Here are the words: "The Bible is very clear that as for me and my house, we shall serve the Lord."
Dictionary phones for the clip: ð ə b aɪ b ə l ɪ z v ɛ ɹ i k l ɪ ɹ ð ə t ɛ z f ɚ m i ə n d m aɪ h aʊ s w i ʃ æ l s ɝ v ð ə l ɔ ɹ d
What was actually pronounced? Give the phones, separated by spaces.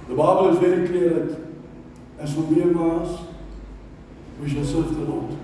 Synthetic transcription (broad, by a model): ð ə b aɪ b ə l ɪ z v ɛ ɹ i k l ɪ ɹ ð ə t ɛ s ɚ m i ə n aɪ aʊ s w i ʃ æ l s ɝ v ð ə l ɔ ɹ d